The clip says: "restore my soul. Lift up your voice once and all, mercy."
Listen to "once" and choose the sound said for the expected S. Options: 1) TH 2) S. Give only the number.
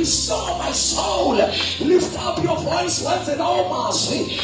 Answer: 1